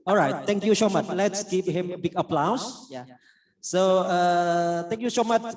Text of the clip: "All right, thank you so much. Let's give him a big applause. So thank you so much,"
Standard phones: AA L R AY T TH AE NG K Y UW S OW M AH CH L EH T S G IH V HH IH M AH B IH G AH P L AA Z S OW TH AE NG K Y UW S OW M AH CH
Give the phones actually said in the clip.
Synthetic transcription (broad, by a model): AA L R AY T T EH NG K Y UW S OW M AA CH L EH T S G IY P HH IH M AH B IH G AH P L AA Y S OW T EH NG K Y UW S OW M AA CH